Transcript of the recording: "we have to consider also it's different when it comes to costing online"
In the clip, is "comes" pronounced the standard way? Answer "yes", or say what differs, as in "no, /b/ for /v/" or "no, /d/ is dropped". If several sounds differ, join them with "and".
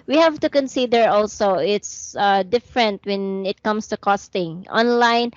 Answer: no, /s/ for /z/